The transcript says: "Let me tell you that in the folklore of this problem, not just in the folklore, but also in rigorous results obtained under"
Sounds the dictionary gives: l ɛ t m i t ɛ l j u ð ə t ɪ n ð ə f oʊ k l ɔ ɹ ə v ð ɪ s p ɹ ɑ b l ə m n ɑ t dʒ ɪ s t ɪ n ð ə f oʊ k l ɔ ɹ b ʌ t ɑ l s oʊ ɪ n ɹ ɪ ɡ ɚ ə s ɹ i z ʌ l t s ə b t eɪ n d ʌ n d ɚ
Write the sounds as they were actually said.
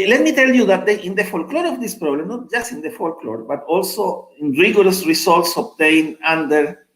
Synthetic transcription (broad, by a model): l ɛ t m i t ɛ l j u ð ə t ɪ n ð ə f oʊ k l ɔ ɹ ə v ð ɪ s p ɹ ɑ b l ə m n ɑ t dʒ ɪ s t ɪ n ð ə f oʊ k l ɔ ɹ b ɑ t ɑ l s oʊ ɪ n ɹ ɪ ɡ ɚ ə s ɹ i s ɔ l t s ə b t eɪ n ɑ n d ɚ